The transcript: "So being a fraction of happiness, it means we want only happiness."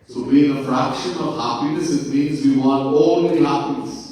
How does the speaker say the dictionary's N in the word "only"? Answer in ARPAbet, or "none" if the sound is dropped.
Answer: none